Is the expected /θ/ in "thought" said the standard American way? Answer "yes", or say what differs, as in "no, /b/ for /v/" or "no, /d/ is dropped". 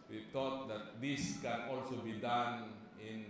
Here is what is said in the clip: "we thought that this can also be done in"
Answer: no, /t/ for /θ/